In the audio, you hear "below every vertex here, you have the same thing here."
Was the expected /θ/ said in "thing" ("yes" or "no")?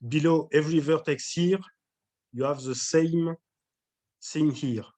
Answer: no